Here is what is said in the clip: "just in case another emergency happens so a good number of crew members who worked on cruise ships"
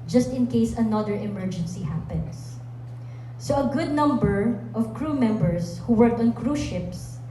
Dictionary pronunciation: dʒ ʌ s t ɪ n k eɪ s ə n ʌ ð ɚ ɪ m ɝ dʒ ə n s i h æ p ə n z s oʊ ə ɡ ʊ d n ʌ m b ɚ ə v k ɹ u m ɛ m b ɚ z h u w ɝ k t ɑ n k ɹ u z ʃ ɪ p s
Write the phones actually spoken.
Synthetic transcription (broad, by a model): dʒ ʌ s t ɪ n k eɪ s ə n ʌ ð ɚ ɪ m ɝ dʒ ə n s i h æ p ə n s s oʊ ə ɡ ʊ d n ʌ m b ɚ ə v k ɹ u m ɛ m b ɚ s h u w ɝ k t ɑ n k ɹ u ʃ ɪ p s